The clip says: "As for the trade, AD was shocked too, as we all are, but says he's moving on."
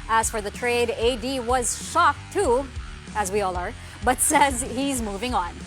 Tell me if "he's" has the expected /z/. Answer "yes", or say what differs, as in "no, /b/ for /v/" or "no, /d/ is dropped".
yes